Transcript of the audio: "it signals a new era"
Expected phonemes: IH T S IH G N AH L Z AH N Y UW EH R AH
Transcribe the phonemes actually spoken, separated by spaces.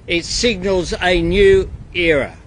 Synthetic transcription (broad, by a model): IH T S IH G N AH L Z AH N Y UW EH R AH